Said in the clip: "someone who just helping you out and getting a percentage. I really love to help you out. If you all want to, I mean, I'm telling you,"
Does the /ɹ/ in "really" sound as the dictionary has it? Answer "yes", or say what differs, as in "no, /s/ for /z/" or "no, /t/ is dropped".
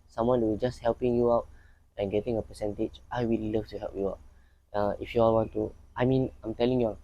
no, /w/ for /ɹ/